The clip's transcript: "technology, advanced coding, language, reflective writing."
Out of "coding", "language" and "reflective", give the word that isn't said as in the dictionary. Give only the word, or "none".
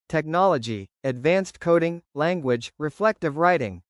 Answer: none